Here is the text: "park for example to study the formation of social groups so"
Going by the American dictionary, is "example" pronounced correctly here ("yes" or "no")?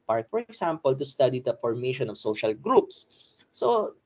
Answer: no